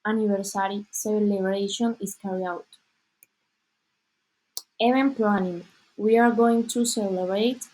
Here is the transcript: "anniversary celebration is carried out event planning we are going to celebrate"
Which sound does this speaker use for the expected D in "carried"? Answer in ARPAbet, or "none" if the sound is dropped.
none